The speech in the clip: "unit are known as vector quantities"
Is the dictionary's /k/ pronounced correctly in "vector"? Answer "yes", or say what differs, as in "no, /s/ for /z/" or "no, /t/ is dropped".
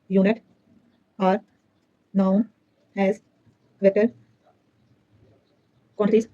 no, /k/ is dropped